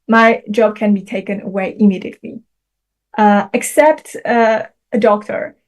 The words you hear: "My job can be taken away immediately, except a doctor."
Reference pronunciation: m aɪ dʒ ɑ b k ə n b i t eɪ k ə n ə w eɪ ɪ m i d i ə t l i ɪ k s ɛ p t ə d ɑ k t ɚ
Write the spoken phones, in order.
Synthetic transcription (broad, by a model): m aɪ dʒ ɑ b k ə n b i t eɪ k ə n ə w eɪ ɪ m i d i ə t l i ɪ k s ɛ p t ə d ɑ k t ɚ